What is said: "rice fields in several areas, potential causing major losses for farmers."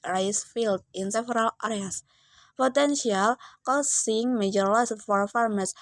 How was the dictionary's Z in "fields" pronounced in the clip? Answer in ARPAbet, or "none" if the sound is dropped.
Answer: none